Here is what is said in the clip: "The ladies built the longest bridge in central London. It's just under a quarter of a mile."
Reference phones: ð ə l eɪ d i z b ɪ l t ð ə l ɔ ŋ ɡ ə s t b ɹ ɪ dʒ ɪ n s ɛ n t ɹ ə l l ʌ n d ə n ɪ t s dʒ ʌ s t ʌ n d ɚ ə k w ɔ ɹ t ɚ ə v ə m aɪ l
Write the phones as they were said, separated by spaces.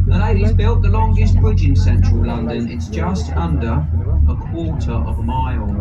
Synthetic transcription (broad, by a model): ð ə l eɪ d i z b ɪ l t ð ə l ɔ ŋ ɡ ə s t b ɹ ɪ dʒ ɪ n s ɛ n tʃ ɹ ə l l ʌ n d ə n ɪ t s dʒ ʌ s t ʌ n d ɚ ə k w ɔ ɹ t ɚ ə v ə m aɪ l